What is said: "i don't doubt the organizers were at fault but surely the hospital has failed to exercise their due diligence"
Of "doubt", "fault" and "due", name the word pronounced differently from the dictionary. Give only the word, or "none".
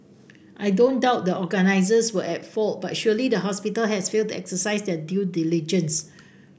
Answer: none